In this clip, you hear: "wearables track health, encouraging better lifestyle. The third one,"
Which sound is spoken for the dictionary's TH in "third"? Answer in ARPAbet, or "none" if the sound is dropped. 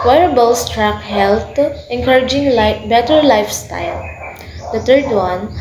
T